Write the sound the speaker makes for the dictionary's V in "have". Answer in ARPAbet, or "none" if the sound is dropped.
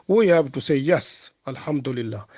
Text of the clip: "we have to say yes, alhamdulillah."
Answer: B